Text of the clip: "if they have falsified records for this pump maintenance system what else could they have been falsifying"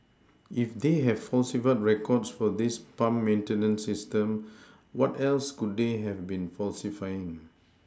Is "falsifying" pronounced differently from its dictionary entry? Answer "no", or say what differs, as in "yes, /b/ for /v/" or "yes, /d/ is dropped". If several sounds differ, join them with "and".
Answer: no